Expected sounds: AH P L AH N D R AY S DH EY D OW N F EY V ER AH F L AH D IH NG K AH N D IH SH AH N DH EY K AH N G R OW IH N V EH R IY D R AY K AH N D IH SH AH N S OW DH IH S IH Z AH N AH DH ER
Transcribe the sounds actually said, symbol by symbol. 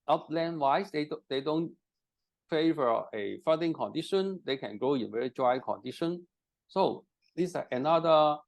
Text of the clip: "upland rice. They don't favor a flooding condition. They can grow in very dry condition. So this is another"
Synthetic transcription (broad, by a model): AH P L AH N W AY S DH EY D OW N F EY V ER AH F AH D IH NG K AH N D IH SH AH N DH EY K AH N G OW IH N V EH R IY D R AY K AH N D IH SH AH N S OW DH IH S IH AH N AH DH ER